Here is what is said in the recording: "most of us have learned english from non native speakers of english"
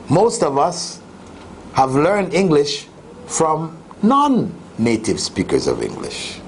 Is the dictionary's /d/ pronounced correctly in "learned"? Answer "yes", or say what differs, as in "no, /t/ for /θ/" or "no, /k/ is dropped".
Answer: yes